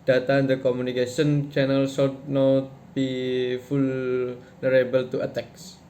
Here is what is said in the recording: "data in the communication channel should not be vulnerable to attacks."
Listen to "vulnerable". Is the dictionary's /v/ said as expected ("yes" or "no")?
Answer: no